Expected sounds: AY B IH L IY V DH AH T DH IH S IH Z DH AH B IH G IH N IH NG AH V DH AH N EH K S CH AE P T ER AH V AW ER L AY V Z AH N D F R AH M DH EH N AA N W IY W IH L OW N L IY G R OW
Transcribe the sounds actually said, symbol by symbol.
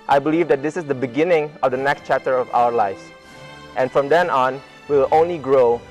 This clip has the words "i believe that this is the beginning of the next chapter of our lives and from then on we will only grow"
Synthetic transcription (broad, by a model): AY B IH L IY V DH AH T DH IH S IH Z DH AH B IH G IH N IH NG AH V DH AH N EH K S CH AE P T ER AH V AW ER L AY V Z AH N F R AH M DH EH N AA N W IY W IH L OW N L IY G R OW